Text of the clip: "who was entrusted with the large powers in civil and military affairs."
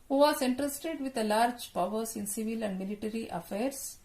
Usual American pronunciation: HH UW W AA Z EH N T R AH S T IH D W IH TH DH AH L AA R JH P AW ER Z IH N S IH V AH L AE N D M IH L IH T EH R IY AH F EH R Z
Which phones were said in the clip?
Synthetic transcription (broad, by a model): HH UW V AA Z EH N T R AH S T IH D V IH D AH L AA R JH P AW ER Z IH N S IH V AH L AE N D M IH L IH T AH R IY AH F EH R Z